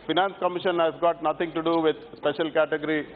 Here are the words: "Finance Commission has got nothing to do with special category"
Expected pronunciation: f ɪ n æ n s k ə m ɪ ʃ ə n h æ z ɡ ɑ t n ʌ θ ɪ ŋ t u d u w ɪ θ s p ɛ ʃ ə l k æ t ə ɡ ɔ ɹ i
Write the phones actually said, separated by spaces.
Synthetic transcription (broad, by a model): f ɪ n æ n s k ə m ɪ ʃ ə n h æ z ɡ ɑ t n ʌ t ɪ ŋ t u d u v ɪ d s p ɛ ʃ ə l k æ t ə ɡ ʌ ɹ i